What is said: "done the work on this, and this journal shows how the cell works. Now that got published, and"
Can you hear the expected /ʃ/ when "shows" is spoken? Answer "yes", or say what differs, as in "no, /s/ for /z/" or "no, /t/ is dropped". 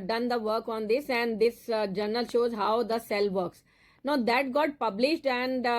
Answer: yes